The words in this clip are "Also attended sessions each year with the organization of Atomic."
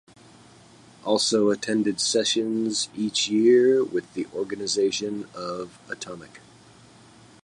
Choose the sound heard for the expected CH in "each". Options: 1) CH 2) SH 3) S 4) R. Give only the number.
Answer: 1